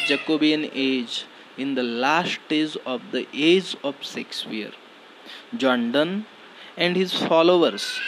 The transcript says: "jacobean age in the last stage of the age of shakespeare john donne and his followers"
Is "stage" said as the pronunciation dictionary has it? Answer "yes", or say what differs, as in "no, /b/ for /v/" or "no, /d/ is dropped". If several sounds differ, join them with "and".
no, /z/ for /dʒ/